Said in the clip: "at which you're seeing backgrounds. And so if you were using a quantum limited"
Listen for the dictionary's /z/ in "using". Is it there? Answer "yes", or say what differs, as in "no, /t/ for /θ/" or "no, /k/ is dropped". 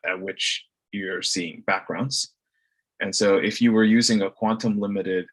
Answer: yes